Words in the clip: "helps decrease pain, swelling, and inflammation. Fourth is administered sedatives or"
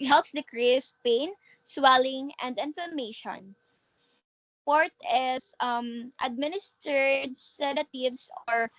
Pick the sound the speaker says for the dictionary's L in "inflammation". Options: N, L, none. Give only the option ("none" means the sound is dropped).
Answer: none